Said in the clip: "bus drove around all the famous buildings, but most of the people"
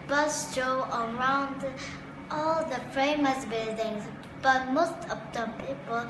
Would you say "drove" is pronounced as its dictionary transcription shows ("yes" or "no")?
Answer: no